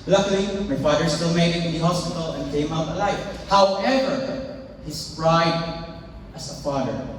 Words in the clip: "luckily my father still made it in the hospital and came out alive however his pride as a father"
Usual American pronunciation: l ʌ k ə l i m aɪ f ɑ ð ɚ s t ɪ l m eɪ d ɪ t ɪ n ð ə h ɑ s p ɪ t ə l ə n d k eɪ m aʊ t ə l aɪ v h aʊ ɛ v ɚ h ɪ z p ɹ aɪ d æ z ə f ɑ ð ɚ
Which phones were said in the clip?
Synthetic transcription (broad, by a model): l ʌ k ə l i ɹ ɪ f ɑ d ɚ s t ɪ l m eɪ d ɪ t ɪ n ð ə h ɑ s p ɪ t ə l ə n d k eɪ m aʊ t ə l aɪ f h aʊ ɛ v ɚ h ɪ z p ɹ aɪ d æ s ə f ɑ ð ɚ